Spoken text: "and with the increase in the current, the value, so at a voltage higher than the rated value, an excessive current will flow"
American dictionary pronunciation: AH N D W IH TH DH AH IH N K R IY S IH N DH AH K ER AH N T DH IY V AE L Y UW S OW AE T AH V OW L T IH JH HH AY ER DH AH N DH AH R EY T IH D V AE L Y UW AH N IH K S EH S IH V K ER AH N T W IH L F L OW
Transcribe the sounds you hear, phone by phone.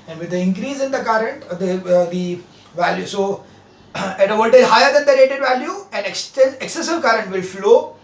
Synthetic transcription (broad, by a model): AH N D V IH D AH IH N K R IY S IH N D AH K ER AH N T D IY V AE L Y UW S OW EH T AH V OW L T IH Z HH AY ER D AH N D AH R EY T IH D V AE L Y UW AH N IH K S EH S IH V K ER AH N T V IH L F L OW